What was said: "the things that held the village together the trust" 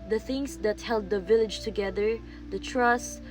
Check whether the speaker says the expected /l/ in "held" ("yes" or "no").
yes